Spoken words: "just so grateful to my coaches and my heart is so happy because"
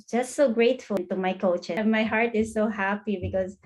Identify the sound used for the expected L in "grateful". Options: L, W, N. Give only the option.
N